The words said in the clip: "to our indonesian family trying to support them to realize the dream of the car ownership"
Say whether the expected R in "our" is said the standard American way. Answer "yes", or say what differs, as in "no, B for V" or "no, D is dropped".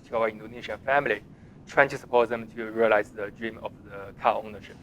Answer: no, W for R